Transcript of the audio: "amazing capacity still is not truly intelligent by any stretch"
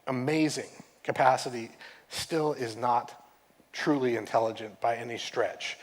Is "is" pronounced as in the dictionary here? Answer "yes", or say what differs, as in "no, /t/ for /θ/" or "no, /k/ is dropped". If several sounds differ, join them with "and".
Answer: yes